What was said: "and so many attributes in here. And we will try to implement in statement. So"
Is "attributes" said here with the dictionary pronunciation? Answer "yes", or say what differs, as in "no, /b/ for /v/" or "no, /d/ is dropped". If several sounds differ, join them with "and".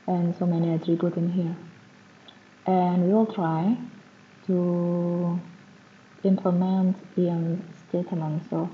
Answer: no, /s/ is dropped